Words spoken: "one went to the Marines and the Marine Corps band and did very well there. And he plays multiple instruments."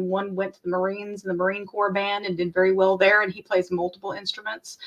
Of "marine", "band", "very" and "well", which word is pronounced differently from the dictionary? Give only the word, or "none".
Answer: none